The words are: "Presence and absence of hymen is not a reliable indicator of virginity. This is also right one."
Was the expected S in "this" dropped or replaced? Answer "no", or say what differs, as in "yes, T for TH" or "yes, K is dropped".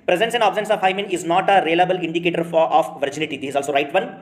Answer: yes, S is dropped